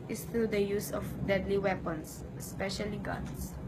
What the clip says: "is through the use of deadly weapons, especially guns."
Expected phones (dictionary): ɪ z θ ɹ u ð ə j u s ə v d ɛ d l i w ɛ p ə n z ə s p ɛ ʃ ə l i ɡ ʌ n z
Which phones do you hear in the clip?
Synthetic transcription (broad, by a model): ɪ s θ ɹ u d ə j u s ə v d ɛ d l i w ɛ p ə n s ə s p ɛ ʃ ə l i ɡ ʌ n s